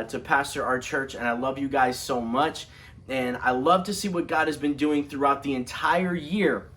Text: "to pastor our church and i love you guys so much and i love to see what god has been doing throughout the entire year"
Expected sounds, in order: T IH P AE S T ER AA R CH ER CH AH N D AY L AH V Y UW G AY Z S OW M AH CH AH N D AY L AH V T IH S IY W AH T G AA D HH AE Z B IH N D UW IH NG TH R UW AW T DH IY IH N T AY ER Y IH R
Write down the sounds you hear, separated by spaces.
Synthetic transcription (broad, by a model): T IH P AE S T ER R CH ER CH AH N AY L AH V Y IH G AY Z S OW M AH CH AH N AY L AH V T IH S IY W AH T G AA D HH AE Z B IH N D UW IH NG TH R UW AW T DH IY IH N T AY ER Y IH R